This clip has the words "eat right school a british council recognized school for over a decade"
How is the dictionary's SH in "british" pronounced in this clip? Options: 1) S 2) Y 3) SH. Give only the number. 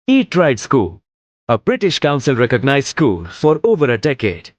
3